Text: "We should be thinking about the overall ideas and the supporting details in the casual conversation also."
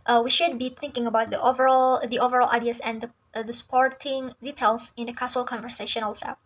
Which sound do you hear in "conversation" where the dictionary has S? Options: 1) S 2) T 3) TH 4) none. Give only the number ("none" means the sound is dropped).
1